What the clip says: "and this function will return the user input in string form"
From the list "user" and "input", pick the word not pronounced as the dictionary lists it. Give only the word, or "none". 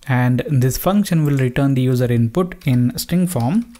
none